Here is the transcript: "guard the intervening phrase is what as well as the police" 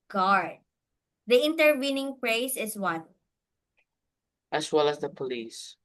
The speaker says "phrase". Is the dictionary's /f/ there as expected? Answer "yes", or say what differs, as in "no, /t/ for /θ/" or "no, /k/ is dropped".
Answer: no, /p/ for /f/